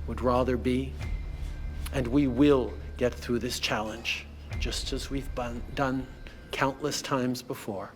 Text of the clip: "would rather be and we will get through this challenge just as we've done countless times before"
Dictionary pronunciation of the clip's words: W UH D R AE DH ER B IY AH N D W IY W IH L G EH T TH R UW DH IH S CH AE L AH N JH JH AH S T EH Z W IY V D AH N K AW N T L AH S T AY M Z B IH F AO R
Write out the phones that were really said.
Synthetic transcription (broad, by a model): W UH D R AE DH ER B IY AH N W IY W IH L G EH T TH R UW DH IH S CH AE L AH N JH JH AH S T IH Z W IY V D AH N K AW N T L AH S T AY M Z B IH F AO R